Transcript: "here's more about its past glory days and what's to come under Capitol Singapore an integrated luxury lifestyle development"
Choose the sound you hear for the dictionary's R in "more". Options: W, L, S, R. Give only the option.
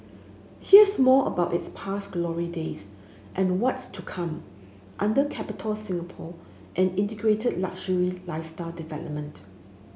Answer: L